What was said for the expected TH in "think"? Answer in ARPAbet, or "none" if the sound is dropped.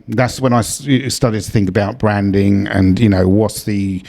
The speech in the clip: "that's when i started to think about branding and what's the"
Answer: TH